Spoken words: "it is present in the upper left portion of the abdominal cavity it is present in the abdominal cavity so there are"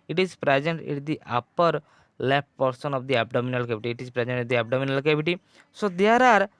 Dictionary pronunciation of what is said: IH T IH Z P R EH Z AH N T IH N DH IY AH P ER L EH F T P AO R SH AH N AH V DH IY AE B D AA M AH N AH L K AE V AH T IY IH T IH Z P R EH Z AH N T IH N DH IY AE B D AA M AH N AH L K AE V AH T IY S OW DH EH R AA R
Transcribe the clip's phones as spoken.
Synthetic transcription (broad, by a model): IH T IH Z P R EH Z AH N T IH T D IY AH P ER L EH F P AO R S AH N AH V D IY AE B D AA M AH N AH L K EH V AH T IY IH T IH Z P R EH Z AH N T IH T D IY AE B D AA M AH N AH L K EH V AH T IY S OW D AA R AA R